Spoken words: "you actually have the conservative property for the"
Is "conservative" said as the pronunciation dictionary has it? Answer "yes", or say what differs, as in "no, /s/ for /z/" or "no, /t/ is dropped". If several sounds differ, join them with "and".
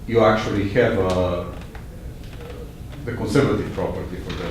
yes